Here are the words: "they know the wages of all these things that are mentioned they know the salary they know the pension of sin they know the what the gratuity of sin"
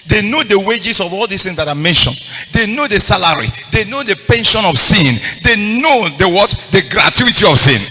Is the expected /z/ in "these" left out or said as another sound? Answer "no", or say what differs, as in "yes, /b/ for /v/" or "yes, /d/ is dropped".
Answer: yes, /s/ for /z/